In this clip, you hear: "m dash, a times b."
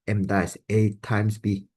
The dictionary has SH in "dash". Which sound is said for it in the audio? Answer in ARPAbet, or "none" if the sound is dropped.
S